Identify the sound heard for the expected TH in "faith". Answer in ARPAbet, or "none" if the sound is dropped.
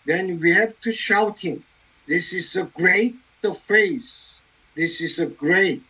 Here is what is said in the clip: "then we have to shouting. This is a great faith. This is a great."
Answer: S